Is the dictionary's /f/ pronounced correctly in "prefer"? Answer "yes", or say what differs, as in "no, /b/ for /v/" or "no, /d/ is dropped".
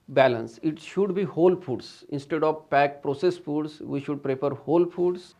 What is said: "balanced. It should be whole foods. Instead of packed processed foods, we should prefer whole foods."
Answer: no, /p/ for /f/